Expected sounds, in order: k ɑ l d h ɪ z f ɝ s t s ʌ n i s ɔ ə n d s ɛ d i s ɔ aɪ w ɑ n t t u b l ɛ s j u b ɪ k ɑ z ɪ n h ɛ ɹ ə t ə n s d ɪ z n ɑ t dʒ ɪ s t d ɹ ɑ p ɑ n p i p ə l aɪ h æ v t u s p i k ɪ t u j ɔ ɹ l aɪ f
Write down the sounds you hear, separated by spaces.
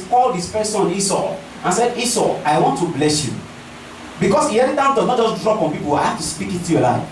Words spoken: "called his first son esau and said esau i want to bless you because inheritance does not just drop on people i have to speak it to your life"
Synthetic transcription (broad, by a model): k ɑ l d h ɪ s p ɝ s s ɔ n i s ɔ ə n s ɛ d i s ɔ aɪ w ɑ n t t u b l ɛ s j u b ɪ k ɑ s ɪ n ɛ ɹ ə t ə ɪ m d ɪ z n ɑ t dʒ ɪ s d ɹ ɑ p ɑ n p i p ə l aɪ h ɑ f t u s p i k ɪ t u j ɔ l aɪ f